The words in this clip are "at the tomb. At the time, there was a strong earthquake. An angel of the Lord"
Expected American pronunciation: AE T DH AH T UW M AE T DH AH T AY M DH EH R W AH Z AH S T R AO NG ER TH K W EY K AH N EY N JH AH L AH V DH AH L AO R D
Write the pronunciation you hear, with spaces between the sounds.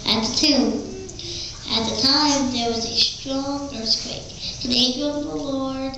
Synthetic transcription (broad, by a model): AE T DH AH T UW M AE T DH AH T AY M DH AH R W AH Z AH S T R AO NG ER S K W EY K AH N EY JH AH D AH V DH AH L AO R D